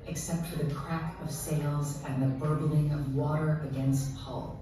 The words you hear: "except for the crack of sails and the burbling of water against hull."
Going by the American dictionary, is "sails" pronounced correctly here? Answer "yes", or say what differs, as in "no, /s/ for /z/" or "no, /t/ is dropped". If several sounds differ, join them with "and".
yes